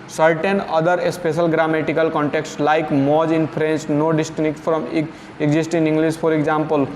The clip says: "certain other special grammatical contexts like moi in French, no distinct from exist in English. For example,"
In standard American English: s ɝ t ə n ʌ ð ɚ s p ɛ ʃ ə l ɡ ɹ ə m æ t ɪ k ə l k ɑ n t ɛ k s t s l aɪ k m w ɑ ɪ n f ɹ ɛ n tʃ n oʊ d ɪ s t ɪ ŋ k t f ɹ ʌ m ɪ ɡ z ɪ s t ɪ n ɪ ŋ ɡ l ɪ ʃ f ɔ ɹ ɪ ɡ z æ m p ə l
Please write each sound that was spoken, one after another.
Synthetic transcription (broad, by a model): s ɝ t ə n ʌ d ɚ s p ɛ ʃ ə l ɡ ɹ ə m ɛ t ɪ k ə l k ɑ n t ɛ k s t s l aɪ k m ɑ ɪ n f ɹ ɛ n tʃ n oʊ d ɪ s t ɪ k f ɹ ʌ m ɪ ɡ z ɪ s t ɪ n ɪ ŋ ɡ l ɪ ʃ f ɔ ɹ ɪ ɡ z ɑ m p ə l